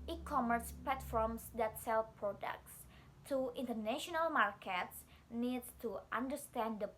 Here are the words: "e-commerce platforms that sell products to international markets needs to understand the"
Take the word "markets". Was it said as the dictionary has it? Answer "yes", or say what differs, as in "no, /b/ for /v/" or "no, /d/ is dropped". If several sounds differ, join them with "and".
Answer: yes